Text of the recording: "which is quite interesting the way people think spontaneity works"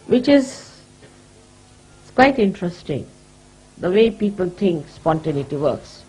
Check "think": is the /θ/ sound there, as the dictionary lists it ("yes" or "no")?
no